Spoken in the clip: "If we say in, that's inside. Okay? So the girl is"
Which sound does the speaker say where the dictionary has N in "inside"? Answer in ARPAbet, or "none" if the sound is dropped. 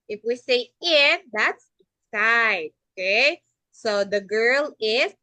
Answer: none